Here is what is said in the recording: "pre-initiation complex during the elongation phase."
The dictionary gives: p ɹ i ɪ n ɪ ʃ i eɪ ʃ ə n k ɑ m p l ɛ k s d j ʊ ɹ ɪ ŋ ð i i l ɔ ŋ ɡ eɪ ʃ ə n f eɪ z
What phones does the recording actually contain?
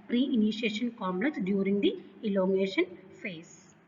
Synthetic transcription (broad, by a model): p ɹ i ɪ n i ʃ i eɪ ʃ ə n k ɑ m l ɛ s d j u ɹ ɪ ŋ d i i l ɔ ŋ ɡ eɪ ʃ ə n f eɪ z